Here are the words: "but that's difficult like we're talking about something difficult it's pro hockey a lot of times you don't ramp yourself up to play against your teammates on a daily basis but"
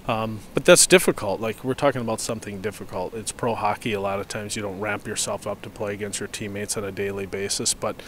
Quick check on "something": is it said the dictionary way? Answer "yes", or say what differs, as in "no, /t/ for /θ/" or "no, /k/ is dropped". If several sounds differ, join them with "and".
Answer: yes